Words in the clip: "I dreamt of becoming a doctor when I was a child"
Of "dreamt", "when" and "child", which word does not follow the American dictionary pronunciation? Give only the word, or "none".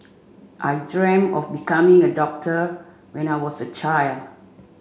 dreamt